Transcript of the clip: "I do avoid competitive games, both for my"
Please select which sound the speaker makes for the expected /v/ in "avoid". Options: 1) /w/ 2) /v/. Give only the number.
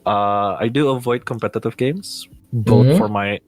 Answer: 2